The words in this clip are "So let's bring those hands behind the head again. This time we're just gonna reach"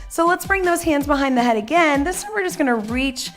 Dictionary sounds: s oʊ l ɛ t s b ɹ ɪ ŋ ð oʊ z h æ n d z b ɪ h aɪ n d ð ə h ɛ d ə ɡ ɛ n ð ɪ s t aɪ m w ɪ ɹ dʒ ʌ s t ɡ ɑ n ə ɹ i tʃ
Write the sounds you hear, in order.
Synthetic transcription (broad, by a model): s oʊ l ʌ t s b ɹ ɪ ŋ ð oʊ z h æ n d z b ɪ h aɪ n ð ə h ɛ d ə ɡ ɛ n ð ɪ s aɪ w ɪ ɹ dʒ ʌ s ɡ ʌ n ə ɹ i tʃ